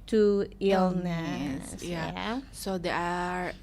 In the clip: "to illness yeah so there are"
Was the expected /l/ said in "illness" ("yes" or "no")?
yes